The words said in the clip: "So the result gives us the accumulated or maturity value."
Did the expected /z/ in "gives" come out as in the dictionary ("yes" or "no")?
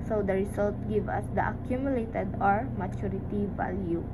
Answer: no